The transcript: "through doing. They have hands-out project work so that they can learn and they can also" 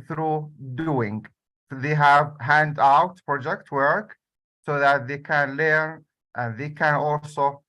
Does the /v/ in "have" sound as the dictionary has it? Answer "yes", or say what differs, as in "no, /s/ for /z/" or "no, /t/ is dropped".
yes